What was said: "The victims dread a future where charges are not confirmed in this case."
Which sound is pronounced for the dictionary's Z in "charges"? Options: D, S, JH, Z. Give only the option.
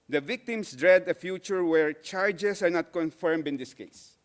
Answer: S